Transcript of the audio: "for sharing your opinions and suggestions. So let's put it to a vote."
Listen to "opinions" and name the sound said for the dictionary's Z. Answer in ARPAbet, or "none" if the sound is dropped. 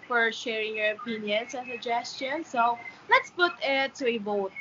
S